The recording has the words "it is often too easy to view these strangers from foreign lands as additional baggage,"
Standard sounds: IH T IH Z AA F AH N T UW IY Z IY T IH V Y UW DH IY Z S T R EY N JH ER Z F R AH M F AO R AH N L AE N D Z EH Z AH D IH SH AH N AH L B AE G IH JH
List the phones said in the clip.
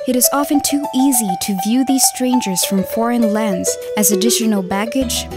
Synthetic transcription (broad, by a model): IH T IH Z AA F AH N T UW IY Z IY T IH V Y UW DH IY Z S T R EY N JH ER Z F R AH M F AO R AH N L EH N D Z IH Z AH D IH SH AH N L B AE G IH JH